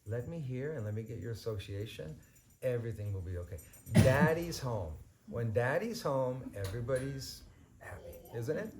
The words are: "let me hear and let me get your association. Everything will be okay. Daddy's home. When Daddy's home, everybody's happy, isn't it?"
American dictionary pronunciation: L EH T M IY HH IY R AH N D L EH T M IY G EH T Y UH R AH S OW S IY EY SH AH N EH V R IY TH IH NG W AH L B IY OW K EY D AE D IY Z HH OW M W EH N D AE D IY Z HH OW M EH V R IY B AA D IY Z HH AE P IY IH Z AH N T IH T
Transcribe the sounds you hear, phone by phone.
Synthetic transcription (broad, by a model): L EH T M IY HH IY R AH N L EH T M IY G EH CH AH R AH S OW S IY EY SH AH N EH V R IY TH IH NG W AH L B IY OW K EY D AE D IY Z HH OW M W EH N D AE D IY Z HH OW M EH V R IY B AA D IY Z HH AE P IY IH Z AH N T IH T